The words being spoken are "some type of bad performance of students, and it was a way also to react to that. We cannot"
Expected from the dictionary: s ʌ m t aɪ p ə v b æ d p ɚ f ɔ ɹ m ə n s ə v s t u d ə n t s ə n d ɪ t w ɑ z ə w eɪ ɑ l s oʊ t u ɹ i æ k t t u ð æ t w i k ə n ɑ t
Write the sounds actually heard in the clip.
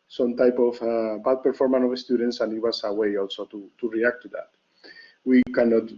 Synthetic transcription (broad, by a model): s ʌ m t aɪ p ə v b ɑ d p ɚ f ɔ ɹ m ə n ə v s t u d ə n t s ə n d ɪ t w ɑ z ə w eɪ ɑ l s oʊ t u ɹ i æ k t t u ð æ t w i k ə n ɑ t